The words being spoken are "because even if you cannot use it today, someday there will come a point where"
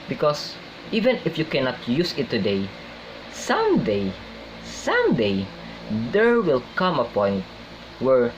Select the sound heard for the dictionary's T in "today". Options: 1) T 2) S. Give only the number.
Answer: 2